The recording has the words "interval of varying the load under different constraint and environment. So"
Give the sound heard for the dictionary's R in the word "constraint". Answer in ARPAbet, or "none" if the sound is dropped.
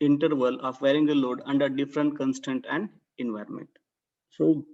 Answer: none